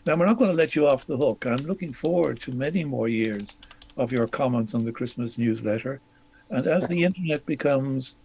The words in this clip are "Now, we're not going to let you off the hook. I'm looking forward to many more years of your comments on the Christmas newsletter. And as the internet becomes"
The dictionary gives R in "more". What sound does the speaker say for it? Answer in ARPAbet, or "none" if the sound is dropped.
R